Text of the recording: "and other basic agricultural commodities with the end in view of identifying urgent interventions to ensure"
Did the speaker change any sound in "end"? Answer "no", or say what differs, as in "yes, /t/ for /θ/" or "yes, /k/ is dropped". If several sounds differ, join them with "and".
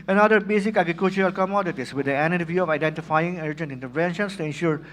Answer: yes, /d/ is dropped